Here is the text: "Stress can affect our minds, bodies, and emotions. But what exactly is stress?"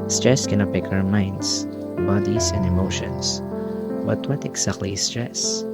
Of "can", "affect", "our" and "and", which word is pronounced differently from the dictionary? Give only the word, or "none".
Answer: affect